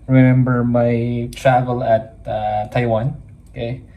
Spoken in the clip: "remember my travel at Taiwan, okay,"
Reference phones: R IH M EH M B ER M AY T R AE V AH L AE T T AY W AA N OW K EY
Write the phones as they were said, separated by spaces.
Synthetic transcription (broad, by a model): R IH M EH M B ER M AY T R AE V AH L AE T T AY W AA N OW K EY